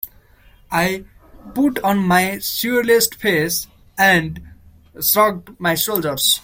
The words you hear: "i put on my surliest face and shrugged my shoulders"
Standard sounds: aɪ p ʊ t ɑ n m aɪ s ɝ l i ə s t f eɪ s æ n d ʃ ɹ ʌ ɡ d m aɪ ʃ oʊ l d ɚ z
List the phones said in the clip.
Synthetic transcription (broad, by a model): aɪ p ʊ t ɑ n m aɪ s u l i s t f eɪ s æ n d s ɹ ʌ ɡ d m aɪ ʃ oʊ l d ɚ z